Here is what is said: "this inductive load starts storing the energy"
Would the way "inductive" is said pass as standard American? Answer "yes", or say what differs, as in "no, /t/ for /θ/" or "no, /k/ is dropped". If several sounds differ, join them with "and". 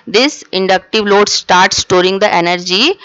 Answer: yes